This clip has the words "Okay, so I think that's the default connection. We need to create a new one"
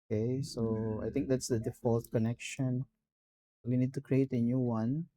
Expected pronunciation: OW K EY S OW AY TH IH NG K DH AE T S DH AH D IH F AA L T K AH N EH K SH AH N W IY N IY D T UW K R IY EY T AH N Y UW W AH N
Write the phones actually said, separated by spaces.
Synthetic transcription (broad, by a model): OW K EY S OW AY T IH NG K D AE T S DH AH D IH F AA L T K AH N EH K SH AH N W IY N IY D T UW K R IY EY T AH N Y UW W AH N